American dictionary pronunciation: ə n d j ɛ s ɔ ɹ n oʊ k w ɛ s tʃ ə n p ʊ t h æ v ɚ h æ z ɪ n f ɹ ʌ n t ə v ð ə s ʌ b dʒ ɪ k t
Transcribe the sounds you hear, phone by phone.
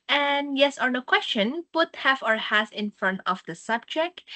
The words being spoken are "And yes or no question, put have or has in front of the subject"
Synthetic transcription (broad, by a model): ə n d j ɛ s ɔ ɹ n oʊ k w ɛ s tʃ ə n p ʊ t h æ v ɚ h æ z ɪ n f ɹ ʌ n t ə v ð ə s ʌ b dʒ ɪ k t